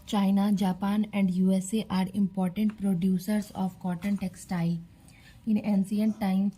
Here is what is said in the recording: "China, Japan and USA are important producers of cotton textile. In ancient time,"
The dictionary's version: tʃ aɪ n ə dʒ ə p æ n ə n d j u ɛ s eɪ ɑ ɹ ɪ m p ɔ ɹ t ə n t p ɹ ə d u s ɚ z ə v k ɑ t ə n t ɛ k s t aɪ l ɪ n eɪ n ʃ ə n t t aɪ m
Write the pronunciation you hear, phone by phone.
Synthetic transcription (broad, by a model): tʃ aɪ n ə dʒ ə p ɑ n ə n d j u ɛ s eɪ ɑ ɹ ɪ m p ɔ ɹ t ə n t p ɹ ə d u s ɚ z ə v k ɑ t ə n t ɛ k s t aɪ l ɪ n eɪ n s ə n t t aɪ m